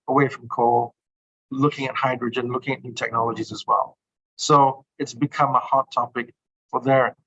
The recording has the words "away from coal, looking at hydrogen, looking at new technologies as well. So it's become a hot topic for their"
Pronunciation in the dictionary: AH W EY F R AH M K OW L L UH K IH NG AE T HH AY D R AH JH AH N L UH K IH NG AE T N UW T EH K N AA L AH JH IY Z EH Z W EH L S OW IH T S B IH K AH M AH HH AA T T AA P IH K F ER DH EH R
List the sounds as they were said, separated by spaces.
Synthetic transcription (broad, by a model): AH W EY F R AH M K OW L L UH K IH NG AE T HH AY D R AH JH AH N L UH K IH NG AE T N UW T EH K N AA L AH JH IY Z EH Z W EH L S OW IH T S B IH K AH M AH HH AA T T AA P IH K F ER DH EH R